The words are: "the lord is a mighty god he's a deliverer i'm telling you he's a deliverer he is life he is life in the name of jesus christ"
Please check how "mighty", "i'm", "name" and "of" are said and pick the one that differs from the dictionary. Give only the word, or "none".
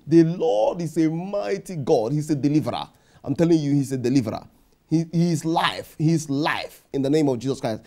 none